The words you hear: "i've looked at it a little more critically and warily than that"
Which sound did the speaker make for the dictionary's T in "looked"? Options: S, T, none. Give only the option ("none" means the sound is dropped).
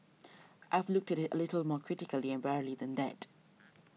T